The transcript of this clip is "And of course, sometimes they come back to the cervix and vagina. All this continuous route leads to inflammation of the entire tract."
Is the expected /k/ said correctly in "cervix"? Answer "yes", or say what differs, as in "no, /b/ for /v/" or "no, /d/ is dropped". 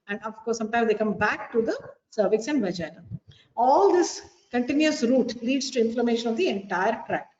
yes